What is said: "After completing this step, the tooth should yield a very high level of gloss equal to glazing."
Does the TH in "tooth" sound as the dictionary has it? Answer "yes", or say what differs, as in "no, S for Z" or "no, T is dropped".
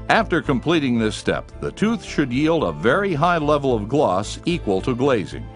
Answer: yes